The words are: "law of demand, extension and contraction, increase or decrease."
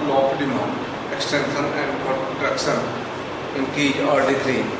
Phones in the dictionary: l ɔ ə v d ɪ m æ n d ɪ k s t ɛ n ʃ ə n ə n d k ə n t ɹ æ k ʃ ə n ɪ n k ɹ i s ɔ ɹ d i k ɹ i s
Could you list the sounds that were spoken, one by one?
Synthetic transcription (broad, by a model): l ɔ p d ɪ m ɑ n ɪ k s t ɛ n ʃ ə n ə n d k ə t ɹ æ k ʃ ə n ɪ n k i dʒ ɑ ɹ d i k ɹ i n